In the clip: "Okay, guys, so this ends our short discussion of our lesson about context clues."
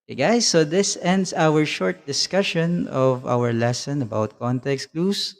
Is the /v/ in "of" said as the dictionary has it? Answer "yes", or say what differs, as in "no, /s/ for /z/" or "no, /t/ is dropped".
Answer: yes